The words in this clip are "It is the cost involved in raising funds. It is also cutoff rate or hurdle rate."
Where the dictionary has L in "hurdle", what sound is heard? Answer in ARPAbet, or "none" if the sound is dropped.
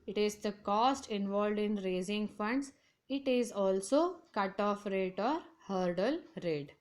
L